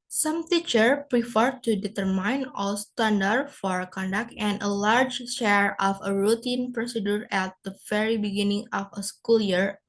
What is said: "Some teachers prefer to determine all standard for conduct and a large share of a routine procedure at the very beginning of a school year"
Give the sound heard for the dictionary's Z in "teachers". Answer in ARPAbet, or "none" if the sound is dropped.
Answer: none